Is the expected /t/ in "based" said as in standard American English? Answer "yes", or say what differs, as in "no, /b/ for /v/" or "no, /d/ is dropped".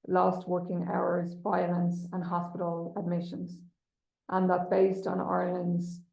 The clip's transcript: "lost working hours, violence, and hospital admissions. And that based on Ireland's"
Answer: yes